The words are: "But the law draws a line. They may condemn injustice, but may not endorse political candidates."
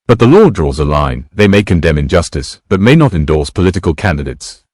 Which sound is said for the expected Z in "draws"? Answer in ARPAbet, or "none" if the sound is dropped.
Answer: Z